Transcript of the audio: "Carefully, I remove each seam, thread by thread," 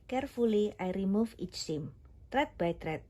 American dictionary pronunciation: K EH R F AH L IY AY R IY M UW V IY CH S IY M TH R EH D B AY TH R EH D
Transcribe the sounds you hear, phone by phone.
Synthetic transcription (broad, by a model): K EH R F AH L IY AY R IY M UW F IY CH S IY M T R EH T B AY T R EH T